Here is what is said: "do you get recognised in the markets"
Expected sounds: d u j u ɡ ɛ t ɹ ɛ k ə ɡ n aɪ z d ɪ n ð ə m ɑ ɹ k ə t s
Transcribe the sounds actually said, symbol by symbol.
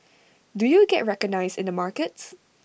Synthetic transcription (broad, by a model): d u j u ɡ ɛ t ɹ ɛ k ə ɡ n aɪ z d ɪ n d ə m ɑ ɹ k ə t s